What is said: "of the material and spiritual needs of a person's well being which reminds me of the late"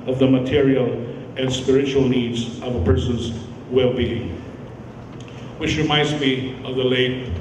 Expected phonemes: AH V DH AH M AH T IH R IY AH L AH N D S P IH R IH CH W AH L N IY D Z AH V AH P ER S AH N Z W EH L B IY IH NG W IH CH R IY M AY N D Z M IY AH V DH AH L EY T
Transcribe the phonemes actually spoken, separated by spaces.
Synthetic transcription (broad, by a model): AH V DH AH M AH T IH R IY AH L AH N S P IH R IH CH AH L N IY D Z AH V AH P ER S AH N Z W EH L B IY IH NG W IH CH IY M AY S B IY AH V DH AH L EY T